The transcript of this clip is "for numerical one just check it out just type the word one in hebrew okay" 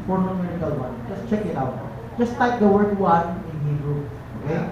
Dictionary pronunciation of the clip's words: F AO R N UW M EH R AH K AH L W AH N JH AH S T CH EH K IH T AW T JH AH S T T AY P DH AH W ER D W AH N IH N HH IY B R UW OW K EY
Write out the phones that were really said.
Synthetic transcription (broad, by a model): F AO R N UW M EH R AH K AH L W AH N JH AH S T CH EH K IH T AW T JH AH S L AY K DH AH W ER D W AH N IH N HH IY R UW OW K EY